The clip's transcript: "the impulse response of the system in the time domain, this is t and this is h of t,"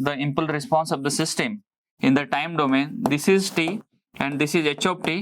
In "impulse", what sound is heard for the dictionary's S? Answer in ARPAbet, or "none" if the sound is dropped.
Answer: none